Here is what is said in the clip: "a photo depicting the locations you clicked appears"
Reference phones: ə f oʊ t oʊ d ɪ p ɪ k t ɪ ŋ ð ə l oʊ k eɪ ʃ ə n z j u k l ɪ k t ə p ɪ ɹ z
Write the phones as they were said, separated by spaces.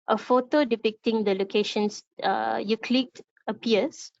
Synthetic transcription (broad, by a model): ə f oʊ t oʊ d ɪ p ɪ k t ɪ ŋ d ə l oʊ k eɪ ʃ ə n s j u k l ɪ t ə p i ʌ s